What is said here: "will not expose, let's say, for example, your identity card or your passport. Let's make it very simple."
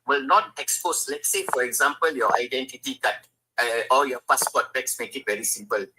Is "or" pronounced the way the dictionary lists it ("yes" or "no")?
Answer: no